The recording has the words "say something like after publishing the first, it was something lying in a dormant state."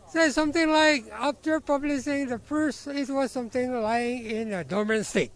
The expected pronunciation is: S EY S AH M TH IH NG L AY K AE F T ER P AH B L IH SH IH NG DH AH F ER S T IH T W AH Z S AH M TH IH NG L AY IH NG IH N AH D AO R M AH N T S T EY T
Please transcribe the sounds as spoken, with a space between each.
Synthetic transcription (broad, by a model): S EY S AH M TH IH NG L AY K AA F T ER P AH B L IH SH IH NG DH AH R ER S IH T W AH Z S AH M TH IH NG L AY IH NG IH N AH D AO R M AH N S T EY T